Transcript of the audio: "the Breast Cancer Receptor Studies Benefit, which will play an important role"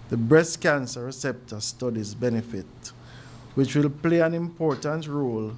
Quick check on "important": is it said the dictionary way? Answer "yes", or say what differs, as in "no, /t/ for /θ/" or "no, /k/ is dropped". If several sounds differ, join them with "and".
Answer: yes